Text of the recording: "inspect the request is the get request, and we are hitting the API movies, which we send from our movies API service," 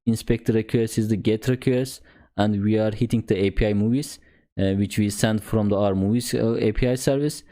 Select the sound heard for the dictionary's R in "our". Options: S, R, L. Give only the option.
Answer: R